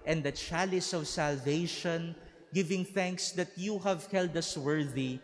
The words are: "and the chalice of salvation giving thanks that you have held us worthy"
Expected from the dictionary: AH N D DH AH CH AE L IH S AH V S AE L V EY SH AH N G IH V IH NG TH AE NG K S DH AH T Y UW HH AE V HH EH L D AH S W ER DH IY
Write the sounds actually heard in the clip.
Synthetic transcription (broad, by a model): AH N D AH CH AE L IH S AH V S AE L V EY SH AH N G IH V IH NG TH AE NG K S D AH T Y UW HH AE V HH EH L D AH S W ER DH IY